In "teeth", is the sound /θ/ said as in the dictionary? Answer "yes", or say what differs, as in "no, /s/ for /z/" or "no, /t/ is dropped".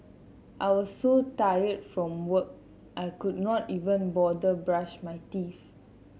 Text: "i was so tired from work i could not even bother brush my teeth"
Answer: no, /f/ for /θ/